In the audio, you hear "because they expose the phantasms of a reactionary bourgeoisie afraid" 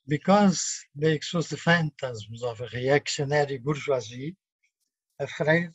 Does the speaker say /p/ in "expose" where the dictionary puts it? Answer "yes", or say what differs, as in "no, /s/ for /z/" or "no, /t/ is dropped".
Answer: no, /p/ is dropped